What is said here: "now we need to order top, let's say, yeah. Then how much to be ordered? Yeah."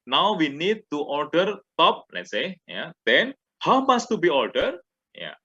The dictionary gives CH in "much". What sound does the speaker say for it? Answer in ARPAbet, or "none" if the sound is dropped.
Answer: S